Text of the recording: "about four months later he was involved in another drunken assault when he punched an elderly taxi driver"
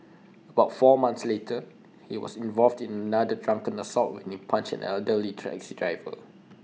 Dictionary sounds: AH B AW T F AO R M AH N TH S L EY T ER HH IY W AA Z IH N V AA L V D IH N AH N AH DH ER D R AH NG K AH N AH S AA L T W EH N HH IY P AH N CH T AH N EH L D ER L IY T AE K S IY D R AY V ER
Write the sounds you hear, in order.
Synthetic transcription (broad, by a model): AH B AW T F AO M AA N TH S L EY T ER HH IY W AA S IH N V AA L V D IH N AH N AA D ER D R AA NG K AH N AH S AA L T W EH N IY P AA N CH AH N EH L D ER L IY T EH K S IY D R AY V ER